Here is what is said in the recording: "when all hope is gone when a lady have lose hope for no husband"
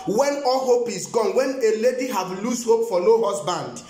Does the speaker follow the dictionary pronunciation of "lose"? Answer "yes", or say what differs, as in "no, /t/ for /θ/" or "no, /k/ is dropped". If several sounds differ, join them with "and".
no, /s/ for /z/